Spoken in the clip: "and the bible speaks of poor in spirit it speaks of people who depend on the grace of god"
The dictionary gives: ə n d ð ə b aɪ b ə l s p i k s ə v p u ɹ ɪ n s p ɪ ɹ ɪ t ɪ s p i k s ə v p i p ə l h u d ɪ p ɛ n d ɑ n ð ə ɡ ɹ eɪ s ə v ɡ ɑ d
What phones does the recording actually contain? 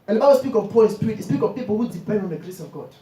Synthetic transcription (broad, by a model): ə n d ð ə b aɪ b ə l s p i k ə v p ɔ l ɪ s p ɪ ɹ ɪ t ɪ s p i k ə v p i p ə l h u d ɪ p ɛ n d ɑ n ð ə ɡ ɹ eɪ s ə v ɡ ɑ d